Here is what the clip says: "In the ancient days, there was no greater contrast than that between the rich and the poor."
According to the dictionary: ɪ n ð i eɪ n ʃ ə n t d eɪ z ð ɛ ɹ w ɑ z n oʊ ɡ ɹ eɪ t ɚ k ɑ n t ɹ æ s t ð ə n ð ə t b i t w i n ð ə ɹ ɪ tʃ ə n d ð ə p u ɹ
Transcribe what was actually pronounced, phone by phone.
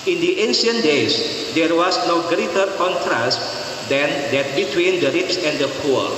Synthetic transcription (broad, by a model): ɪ n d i eɪ n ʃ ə n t d eɪ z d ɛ ɹ w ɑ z n oʊ ɡ ɹ eɪ t ɚ k ɑ n t ɹ æ s t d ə n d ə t b i t w i n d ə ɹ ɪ s ə n d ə p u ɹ